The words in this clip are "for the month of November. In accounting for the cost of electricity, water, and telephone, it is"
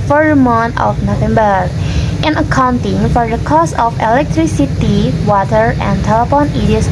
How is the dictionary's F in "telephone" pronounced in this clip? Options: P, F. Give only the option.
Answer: P